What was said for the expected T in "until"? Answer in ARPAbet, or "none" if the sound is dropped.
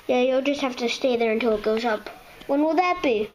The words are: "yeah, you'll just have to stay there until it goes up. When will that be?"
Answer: T